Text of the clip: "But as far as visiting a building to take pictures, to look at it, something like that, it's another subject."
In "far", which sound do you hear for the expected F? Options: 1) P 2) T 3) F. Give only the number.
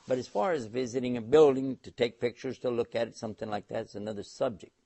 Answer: 3